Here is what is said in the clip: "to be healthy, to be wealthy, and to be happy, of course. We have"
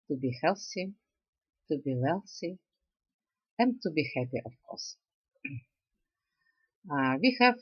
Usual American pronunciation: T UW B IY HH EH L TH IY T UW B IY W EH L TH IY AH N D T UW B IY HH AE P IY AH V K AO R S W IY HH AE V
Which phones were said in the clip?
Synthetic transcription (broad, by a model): T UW B IY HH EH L S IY T UW B IY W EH L S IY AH N T UW B IY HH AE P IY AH F K AO R S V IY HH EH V